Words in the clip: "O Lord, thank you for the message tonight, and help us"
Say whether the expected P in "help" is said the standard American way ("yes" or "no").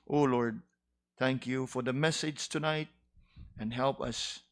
yes